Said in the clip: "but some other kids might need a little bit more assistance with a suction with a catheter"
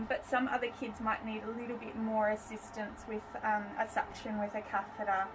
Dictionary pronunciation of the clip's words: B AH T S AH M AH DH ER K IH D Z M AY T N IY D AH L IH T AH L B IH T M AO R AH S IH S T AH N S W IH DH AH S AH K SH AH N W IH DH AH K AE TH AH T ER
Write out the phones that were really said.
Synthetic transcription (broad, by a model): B AH T S AH M AH DH ER K IH D Z M AY T N IY D AH L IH T L B IH T M AO R AH S IH S T AH N S W IH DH AH S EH K SH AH N W IH DH AH K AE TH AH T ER